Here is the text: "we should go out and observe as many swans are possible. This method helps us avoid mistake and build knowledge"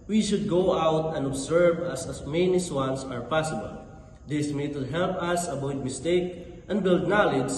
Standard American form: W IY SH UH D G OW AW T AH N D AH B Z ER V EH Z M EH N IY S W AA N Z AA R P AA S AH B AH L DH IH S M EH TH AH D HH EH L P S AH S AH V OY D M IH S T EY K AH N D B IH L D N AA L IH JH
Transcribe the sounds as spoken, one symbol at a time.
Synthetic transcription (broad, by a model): W IY SH UH D G OW AW T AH N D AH B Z ER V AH S M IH N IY S W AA N S AA R P AA S AH B AH L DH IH S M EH T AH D HH EH L P AH S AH B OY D M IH S T EY K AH N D B IH L D N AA L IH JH